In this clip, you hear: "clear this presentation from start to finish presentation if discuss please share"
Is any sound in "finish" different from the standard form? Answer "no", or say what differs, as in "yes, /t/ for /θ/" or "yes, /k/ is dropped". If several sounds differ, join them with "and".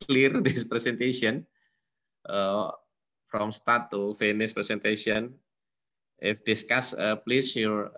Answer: yes, /s/ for /ʃ/